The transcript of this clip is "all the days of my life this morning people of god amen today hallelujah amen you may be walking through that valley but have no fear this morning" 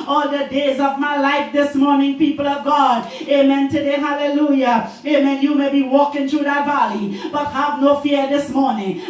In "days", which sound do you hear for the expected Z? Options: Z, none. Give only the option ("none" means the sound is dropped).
Z